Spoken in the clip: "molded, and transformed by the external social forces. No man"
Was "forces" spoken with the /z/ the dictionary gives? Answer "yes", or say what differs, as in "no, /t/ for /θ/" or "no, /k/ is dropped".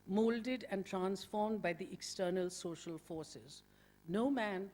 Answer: yes